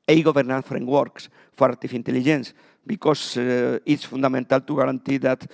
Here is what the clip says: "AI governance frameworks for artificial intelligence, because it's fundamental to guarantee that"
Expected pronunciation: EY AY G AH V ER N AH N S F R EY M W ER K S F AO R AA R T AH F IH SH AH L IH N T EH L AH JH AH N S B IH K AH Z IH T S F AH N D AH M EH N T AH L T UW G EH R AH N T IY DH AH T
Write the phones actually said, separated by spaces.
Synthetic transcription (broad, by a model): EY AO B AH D N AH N F R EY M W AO K S F AO R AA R T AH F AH N T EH L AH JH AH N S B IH K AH S IH T S F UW N D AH M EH N T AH L T UW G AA R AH N T IY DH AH T